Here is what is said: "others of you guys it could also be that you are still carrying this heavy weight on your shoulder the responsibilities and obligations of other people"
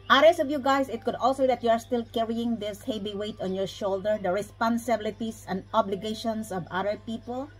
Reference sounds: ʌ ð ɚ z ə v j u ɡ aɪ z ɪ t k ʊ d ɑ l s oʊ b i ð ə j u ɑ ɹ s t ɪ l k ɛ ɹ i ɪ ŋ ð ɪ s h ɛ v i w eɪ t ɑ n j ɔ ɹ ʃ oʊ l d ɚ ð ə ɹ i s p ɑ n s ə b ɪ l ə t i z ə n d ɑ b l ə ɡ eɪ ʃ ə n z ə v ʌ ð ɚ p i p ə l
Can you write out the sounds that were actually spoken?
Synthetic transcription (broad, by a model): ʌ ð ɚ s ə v j u ɡ aɪ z ɪ t k ʊ d ɑ l s oʊ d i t j u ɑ ɹ s t ɪ l k ɛ ɹ i ɪ ŋ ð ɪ s h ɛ b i w eɪ t ɑ n j ɔ ɹ ʃ oʊ l d ɚ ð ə ɹ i s p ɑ n s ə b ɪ l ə t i s ə n d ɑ b l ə ɡ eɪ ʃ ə n s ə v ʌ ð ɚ p i p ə l